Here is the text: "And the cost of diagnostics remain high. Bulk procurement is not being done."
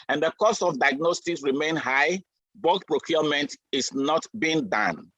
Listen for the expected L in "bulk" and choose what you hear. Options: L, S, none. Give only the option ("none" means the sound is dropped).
none